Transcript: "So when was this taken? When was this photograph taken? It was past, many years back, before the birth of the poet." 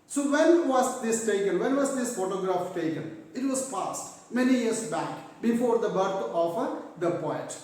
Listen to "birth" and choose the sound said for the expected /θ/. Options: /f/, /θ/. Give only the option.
/f/